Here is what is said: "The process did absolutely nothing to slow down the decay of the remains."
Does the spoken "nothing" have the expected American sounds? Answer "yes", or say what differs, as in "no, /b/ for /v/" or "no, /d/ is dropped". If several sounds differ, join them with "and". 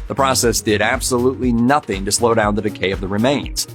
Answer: yes